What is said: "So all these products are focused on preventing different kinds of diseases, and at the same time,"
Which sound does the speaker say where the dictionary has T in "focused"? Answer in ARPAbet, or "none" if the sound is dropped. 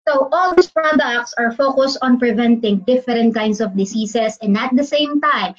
T